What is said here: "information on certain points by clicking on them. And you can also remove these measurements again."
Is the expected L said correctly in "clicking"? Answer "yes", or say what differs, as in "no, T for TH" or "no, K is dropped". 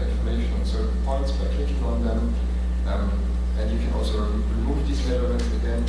no, L is dropped